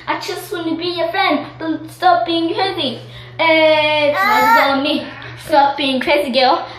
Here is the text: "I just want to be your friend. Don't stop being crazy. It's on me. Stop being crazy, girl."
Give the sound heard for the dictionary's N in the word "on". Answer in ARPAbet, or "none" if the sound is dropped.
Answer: L